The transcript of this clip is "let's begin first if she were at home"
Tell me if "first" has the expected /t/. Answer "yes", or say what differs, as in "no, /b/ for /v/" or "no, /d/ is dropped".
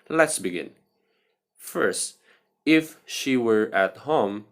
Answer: yes